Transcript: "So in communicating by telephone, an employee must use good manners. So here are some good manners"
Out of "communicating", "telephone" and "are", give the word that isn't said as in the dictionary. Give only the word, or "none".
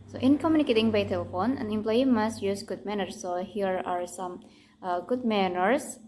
none